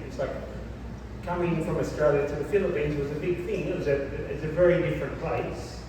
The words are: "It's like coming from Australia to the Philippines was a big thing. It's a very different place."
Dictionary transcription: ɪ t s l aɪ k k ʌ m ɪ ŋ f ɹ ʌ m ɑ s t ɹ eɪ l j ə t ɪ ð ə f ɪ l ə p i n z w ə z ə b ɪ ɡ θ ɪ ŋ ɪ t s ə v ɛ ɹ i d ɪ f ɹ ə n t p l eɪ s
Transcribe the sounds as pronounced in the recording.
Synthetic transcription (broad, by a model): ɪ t s l aɪ k k ʌ m ɪ ŋ f ɹ ʌ m ɑ s t ɹ eɪ l j ə t ɪ ð ə f ɪ l ə p i n z w ə z ə b ɪ ɡ θ ɪ ŋ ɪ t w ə v ɛ ɹ i d ɪ f ɹ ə n p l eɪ s